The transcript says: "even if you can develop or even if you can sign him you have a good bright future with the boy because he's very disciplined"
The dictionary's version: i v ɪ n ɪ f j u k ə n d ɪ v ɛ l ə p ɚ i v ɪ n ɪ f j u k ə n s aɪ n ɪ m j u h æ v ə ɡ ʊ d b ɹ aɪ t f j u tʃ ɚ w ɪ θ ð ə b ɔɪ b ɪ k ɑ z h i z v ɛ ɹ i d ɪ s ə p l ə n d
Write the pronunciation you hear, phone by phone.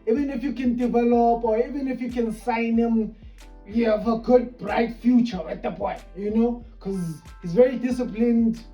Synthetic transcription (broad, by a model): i v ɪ n ɪ f j u k ə n d ɪ v ɛ l ə p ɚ i v ɪ n ɪ f j u k ə n s aɪ n ɪ m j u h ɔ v ə ɡ ʊ d b ɹ aɪ t f j u tʃ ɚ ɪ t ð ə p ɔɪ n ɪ k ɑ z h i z v ɛ ɹ i d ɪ s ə p l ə n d